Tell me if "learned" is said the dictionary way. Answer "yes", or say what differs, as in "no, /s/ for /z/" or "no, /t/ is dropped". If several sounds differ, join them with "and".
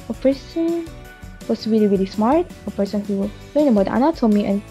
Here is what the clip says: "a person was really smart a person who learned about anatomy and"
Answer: no, /d/ is dropped